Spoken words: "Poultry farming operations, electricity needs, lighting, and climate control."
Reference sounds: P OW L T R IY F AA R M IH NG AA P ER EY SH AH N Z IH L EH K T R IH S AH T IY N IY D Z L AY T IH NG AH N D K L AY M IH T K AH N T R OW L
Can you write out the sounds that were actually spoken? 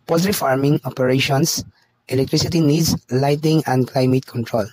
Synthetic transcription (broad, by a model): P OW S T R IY F AA R M IH NG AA P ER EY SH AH N S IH L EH K T R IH S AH T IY N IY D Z L AY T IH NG AH N D K L AY M IH T K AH N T R OW L